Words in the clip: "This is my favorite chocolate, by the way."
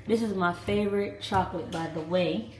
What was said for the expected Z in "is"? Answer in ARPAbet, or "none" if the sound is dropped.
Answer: Z